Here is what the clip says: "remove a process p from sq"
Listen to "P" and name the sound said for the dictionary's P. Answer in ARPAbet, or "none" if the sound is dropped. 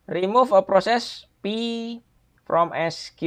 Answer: P